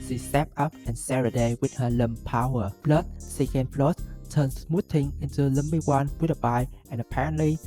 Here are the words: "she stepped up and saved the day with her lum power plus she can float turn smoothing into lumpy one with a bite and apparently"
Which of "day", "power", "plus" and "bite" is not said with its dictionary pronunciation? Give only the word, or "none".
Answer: plus